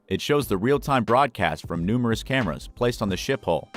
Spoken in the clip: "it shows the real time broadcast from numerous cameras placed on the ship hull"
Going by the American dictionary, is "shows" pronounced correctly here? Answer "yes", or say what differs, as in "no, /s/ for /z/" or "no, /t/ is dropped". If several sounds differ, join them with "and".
yes